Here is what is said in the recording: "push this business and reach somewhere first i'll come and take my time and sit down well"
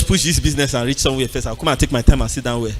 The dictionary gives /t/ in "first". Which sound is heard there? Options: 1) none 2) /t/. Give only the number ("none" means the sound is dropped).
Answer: 1